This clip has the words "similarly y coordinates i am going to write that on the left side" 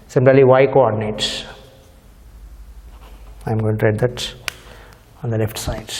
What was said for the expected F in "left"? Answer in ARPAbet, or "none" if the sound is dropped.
F